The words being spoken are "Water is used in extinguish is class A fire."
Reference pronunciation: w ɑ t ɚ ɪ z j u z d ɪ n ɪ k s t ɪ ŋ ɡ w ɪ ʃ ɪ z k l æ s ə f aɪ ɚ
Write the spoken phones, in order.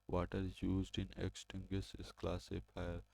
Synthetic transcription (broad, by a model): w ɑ t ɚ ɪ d j u z d ɪ n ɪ k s t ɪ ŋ ɡ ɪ s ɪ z k l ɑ s ə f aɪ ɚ